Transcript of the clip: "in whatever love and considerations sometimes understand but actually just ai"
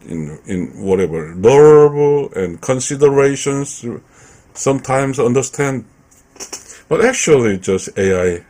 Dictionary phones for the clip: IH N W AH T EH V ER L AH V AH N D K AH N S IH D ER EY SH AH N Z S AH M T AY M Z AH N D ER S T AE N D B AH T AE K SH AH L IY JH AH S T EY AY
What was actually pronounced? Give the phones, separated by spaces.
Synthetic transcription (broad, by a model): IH N W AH T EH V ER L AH B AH N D K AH N S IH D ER EY SH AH N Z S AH M T AY M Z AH N D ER S T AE N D B AH T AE K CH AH L IY JH AH S T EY AY